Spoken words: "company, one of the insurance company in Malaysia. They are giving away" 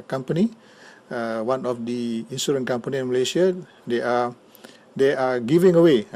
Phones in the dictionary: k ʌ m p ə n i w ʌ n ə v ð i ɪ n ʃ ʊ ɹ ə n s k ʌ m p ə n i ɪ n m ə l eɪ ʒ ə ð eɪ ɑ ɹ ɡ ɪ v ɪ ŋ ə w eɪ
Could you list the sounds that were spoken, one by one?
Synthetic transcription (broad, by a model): k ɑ m p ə n i w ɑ n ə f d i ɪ n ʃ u ɹ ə n k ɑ m p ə n i ɪ n m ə l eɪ ʃ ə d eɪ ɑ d ɡ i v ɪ ŋ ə w eɪ